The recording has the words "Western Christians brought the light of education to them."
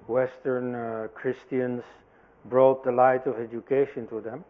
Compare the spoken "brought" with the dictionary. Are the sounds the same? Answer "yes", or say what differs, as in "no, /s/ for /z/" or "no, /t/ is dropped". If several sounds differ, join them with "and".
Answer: yes